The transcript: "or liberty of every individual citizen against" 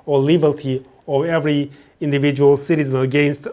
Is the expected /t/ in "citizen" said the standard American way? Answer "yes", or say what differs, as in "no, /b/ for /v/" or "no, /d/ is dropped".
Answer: yes